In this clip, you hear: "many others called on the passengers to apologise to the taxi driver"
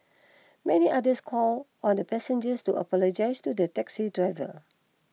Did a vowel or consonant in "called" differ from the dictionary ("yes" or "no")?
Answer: yes